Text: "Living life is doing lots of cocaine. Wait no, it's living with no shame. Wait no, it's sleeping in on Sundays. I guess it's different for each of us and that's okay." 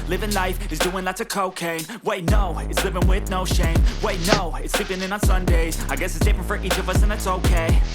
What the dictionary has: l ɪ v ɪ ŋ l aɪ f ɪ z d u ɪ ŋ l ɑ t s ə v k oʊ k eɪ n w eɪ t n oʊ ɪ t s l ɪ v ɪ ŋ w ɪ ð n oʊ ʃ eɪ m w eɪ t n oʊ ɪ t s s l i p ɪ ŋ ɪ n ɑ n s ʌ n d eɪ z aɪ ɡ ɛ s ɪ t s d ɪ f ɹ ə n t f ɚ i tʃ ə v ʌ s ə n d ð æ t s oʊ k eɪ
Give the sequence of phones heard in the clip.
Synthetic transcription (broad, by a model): l ɪ v ɪ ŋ l aɪ f ɪ z d u ɪ ŋ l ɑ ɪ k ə k oʊ k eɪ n w eɪ t n oʊ ɪ t s l ɪ v ɪ ŋ w ɪ ð n oʊ ʃ eɪ m w eɪ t n oʊ ɪ t s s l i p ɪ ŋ ɪ n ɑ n s ʌ n d eɪ z aɪ ɡ ɛ s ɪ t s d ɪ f ə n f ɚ i tʃ ə v ʌ s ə n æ t s oʊ k eɪ